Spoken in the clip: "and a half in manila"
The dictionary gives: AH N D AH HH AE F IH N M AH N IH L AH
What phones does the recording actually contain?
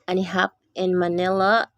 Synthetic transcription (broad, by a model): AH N AH HH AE P IH N M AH N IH L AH